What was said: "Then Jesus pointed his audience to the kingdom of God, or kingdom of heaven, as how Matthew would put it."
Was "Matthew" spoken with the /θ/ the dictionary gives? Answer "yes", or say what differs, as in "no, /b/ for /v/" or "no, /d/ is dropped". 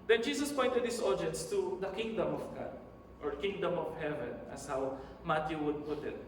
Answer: no, /t/ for /θ/